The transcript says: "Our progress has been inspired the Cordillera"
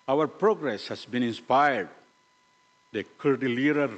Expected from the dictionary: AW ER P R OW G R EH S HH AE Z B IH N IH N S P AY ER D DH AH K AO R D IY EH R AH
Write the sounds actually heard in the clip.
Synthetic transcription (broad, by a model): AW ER P R OW G R EH S HH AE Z B IH N IH N S P AY ER D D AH K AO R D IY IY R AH